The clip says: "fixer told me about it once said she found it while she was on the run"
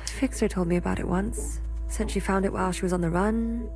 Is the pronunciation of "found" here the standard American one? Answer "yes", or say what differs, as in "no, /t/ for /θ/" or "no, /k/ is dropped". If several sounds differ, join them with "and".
yes